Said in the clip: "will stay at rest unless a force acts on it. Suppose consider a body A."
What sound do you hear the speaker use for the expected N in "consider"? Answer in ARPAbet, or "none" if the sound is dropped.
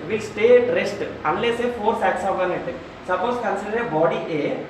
N